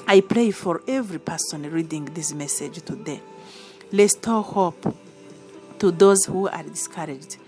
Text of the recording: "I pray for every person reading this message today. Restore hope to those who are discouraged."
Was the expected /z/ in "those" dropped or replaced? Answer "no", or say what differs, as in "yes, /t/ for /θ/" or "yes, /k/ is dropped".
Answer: no